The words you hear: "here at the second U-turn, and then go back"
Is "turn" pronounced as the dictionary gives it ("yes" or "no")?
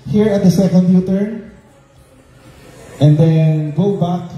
no